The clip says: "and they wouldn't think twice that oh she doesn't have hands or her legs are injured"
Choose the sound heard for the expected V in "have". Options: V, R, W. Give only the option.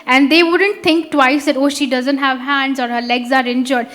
V